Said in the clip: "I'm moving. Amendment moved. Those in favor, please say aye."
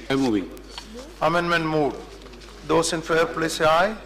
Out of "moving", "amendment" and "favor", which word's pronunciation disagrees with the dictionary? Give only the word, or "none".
favor